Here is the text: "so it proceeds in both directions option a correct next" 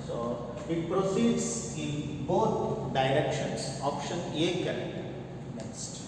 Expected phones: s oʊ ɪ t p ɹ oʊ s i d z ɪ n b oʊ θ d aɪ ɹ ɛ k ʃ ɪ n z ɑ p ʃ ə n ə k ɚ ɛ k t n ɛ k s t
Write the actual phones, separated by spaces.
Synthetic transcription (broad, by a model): s oʊ ɪ t p ɹ oʊ s i d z ɪ n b oʊ t d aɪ ɹ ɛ k ʃ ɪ n s ɑ p ʃ ə n ə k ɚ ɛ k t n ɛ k s t